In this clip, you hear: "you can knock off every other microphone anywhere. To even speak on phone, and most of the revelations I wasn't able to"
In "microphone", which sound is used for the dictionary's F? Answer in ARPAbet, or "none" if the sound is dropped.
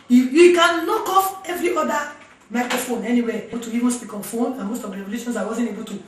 F